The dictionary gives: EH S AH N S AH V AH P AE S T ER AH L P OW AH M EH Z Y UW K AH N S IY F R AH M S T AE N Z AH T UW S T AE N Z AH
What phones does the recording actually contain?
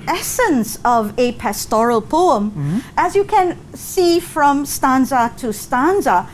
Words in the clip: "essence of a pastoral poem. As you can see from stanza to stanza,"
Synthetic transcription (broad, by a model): EH S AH N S AH V AH P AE S T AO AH L P OW AH M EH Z Y UW K AH N S IY F R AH M S T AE N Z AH T UW S T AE N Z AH